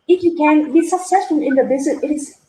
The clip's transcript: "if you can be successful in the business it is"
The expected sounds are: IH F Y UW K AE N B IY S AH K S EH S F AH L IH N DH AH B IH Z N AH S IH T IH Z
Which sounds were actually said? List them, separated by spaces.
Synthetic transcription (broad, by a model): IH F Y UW K AE N B IY S AH K S EH S F AH L IH N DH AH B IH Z AH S IH T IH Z